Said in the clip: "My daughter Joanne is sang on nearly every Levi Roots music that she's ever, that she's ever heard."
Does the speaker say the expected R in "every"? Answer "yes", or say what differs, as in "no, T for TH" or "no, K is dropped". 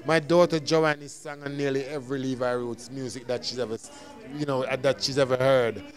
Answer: yes